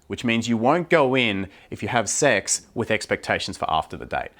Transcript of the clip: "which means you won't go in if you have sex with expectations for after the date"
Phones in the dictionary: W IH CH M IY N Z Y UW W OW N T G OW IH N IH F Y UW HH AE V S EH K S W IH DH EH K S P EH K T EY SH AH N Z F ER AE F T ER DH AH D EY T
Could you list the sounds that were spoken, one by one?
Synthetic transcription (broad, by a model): W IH CH M IY N Z Y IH W OW N G OW IH N IH F Y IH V S EH K S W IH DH EH K S P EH K T EY SH N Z F ER AE F T ER DH AH D EY T